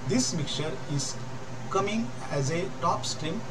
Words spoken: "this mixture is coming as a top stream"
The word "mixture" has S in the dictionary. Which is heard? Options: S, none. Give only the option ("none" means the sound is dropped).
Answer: none